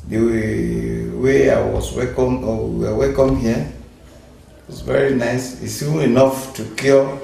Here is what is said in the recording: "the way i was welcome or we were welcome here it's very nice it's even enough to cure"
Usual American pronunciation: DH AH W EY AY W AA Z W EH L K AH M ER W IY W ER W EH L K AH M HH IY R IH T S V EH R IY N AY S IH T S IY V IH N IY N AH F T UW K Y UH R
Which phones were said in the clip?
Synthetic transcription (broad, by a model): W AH W EY AY W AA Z W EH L K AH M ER W IY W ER W EH L K AH M HH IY W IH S V EH R IY N AY S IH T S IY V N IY N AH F T UW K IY